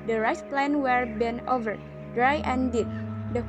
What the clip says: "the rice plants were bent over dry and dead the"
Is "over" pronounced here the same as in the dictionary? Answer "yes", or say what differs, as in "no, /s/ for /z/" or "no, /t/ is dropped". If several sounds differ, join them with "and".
yes